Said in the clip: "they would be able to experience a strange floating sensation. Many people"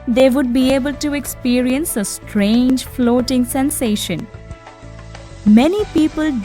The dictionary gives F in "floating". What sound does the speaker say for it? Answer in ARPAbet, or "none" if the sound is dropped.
F